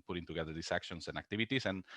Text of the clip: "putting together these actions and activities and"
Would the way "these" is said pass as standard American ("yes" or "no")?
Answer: no